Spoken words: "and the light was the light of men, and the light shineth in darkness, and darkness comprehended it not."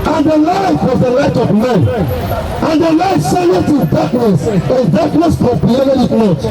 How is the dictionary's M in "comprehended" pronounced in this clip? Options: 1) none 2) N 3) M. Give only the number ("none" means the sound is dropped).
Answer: 1